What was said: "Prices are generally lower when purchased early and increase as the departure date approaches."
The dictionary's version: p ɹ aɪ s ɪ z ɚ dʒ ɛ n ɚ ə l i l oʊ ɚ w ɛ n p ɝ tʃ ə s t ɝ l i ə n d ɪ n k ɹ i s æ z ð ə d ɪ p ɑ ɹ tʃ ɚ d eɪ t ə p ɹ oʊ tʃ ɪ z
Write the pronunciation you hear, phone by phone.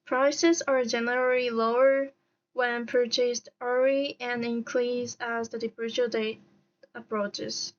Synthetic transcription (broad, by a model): p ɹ aɪ s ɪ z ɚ dʒ ɛ n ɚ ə l i l oʊ ɚ w ɛ n p ɝ tʃ ə s t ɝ i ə n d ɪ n k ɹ i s æ z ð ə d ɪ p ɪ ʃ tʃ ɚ d eɪ t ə p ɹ oʊ tʃ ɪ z